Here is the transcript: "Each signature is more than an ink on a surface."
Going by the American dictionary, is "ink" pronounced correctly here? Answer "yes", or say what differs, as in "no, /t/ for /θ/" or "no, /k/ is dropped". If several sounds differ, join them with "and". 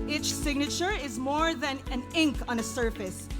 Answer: yes